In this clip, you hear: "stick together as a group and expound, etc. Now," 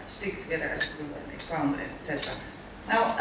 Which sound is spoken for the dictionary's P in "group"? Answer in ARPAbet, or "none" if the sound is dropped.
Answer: none